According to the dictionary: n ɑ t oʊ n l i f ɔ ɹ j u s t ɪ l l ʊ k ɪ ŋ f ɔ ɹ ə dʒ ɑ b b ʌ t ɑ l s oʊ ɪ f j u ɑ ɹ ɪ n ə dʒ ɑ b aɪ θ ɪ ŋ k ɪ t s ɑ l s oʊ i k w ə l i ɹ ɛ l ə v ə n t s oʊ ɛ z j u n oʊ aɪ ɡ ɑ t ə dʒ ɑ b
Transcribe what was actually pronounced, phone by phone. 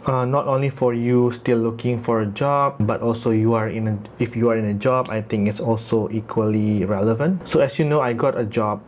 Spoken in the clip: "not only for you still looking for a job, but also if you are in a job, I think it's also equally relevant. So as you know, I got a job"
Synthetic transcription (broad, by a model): n ɑ t oʊ n l i f ɔ ɹ j u s t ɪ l l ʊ k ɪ ŋ f ɔ ɹ ə dʒ ɑ b b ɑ t ɑ l s oʊ ɪ f j u ɑ ɹ ɪ n ə dʒ ɑ b aɪ t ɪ ŋ k ɪ t s ɑ l s oʊ i k w ə l i ɹ ɛ l ə v ə n t s oʊ ɛ s j u n oʊ aɪ ɡ ɑ t ə dʒ ɑ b